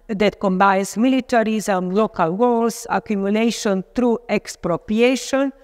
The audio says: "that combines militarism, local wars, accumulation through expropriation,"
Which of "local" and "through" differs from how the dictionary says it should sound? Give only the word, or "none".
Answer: through